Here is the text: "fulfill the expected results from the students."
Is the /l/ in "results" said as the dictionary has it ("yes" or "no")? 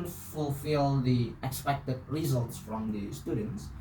yes